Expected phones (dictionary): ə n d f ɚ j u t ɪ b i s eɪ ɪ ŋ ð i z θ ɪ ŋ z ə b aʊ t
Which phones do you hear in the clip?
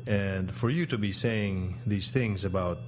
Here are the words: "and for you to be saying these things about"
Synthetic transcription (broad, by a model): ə n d f ɚ j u t ɪ b i s eɪ ɪ ŋ ð i z θ ɪ ŋ z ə b aʊ t